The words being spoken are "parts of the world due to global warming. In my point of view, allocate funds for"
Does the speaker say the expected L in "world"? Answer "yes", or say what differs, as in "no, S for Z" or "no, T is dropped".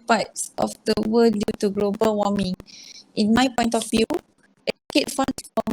no, L is dropped